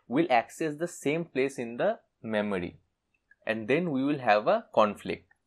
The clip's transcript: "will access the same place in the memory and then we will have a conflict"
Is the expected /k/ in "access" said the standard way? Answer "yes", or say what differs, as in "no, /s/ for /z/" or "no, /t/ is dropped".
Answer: yes